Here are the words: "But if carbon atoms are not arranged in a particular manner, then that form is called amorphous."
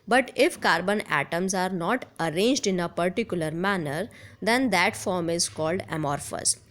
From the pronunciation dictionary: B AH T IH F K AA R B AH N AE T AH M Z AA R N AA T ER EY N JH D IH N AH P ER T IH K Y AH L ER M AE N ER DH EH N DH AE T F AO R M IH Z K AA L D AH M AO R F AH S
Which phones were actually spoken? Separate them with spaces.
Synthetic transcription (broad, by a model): B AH T IH F K AA R B AH N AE T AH M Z AA R N AA T ER EY N JH D IH N AH P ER T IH K Y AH L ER M AE N ER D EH N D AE T F AO R M IH Z K AA L D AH M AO R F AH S